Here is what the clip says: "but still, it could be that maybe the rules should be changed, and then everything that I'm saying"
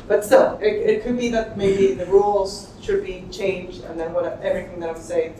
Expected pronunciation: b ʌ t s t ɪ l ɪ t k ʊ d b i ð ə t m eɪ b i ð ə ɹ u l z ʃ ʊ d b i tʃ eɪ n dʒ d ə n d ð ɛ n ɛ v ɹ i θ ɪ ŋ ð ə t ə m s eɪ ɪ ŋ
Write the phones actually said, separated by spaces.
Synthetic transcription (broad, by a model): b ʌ t s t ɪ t ɪ t k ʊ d b i ð ə t m eɪ b i ð ə ɹ u l z ʃ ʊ d b i tʃ eɪ n dʒ d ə n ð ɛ n ɛ v ɹ i θ ɪ ŋ ð ə t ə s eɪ ɪ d